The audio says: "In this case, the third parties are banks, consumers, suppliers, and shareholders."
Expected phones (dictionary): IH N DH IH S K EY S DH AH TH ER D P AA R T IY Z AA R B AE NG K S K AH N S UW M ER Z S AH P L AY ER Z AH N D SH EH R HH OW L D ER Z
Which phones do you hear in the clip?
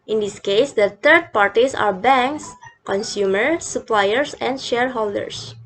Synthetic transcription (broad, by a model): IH N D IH S K EY S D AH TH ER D P AA R T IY S AA R B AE NG K S K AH N S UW M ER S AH P L AY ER S AH N D SH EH R HH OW L D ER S